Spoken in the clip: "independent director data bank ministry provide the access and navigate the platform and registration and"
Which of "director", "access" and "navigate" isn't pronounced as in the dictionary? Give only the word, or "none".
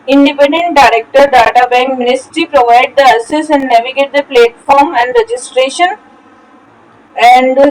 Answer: access